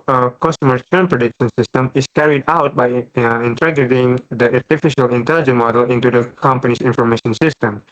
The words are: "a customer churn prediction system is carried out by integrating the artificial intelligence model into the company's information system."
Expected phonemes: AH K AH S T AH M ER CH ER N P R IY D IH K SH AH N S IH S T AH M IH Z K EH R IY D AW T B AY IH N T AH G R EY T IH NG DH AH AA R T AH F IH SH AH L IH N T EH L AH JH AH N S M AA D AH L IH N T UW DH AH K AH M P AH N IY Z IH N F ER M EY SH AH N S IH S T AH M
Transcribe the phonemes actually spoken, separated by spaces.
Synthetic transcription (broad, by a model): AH K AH S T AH M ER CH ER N P R IY D IH K SH AH N S IH S T AH M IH S K EH R IY D AW T B AY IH N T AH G EY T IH NG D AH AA R T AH F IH SH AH L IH N T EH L JH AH N M AA D AH L IH N T UW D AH K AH M P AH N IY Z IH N F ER M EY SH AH N S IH S T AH M